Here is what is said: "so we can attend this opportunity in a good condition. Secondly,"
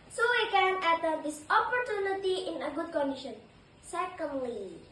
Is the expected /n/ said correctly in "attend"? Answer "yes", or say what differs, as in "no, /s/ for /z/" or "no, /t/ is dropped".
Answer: no, /n/ is dropped